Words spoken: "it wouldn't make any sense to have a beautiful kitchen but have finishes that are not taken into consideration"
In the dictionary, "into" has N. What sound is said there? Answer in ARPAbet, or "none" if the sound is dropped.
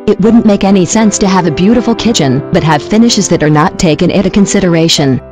none